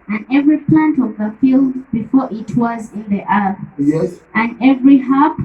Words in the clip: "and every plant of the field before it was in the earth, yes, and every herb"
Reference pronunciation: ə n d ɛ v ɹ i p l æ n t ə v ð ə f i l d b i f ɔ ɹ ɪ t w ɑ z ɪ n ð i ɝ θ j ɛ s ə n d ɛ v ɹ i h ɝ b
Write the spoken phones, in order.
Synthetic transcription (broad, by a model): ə n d ɛ v ɹ i p l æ n t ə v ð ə f i l d b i f ɔ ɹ ɪ t w ɑ z ɪ n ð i ɝ θ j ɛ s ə n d ɛ v ɹ i h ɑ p